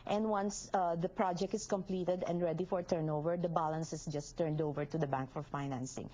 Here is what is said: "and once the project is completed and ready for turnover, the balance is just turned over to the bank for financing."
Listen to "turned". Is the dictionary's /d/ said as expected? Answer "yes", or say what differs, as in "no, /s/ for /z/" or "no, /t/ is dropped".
yes